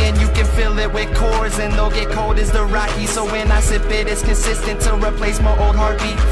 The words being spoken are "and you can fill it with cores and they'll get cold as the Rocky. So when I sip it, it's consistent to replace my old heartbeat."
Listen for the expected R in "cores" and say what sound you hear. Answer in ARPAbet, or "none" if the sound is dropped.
R